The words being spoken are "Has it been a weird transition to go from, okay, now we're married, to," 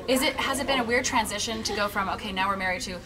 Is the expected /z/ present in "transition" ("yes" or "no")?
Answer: yes